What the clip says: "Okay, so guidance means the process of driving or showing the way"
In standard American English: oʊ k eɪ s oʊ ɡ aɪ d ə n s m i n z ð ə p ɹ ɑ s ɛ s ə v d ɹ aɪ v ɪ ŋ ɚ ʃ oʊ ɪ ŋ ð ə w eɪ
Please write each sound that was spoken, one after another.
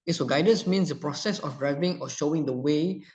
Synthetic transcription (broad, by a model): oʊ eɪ s oʊ ɡ aɪ d ə n s m i n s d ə p ɹ ɑ s ɛ s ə f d ɹ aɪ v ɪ ŋ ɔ ʃ oʊ ɪ ŋ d ə w eɪ